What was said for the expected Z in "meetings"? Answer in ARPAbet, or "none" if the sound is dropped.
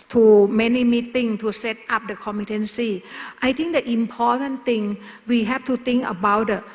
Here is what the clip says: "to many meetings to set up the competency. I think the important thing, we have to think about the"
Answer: none